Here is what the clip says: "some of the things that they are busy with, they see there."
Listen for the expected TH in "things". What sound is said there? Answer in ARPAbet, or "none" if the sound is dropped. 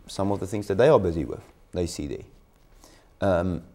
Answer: TH